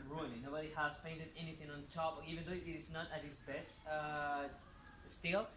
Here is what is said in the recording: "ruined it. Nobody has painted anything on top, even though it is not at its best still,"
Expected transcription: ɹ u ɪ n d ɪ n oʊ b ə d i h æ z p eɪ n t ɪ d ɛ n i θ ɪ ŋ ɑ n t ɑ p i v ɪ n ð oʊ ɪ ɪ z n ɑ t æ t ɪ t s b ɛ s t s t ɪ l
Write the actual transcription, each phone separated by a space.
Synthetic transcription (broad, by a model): ɹ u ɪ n ɪ n oʊ b ə d i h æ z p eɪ n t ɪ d ɛ n i θ ɪ ŋ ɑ n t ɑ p i v ɪ n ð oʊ ɪ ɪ s n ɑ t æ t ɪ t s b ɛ s t s t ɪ l